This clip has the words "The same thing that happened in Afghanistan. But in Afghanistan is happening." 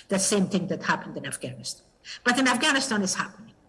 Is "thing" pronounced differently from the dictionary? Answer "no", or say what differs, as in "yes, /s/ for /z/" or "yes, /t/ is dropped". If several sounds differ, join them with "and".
no